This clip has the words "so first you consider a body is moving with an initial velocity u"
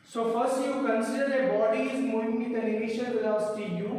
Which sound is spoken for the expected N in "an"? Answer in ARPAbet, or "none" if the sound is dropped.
L